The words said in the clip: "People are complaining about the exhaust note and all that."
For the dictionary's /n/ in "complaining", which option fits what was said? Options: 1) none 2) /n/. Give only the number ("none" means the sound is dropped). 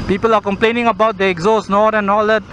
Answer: 2